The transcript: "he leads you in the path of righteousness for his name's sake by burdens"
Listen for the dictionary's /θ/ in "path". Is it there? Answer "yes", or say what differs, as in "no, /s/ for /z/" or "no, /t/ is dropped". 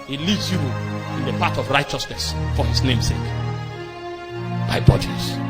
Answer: no, /t/ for /θ/